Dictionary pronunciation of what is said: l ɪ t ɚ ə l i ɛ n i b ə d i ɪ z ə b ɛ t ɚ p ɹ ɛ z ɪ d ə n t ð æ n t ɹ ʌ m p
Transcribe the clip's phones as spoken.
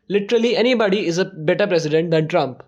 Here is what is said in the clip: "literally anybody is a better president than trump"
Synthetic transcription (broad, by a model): l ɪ t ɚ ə l i ɛ n i b ə d i ɪ z ə b ɛ t ɚ p ɹ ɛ s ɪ d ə n t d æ n t ɹ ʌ m p